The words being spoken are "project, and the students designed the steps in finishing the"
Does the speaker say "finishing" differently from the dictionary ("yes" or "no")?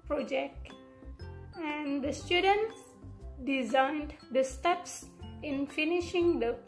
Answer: no